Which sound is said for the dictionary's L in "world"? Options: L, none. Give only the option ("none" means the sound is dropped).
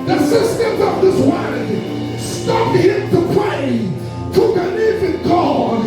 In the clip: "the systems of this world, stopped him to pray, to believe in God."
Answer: none